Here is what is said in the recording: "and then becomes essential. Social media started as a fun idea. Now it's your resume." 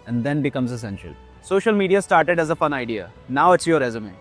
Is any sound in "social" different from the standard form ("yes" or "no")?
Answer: no